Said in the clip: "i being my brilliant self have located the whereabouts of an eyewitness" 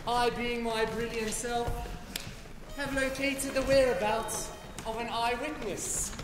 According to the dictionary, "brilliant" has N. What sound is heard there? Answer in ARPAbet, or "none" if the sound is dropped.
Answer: N